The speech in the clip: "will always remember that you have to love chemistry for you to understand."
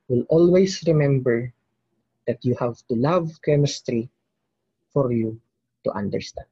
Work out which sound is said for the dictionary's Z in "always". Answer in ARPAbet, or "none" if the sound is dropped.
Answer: S